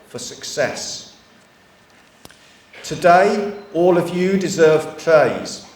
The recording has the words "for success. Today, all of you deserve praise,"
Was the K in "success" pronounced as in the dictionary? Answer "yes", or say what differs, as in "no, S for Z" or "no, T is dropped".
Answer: yes